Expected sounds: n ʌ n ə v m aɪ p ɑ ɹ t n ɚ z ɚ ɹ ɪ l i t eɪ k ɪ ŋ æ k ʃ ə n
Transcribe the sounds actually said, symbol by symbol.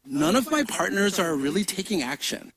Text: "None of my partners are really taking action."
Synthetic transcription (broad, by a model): n ʌ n ə v m aɪ p ɑ ɹ t n ɚ z ɚ ɹ ɪ l i t eɪ k ɪ ŋ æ k ʃ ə n